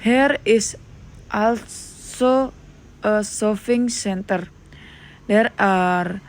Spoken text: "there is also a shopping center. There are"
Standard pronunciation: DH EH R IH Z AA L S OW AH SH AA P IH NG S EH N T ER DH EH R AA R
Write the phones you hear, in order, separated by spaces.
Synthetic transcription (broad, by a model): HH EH R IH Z AA L S OW AH S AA F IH NG S EH N T ER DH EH R AA R